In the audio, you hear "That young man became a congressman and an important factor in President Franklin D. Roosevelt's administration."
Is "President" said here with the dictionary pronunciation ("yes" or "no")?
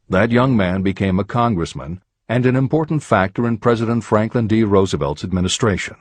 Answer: yes